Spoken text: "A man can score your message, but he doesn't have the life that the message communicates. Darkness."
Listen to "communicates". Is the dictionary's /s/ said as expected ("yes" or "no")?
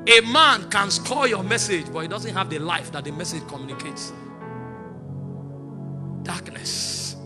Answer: yes